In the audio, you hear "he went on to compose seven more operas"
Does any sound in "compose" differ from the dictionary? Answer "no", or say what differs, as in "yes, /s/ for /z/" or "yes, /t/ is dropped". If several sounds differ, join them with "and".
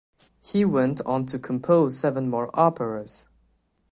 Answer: no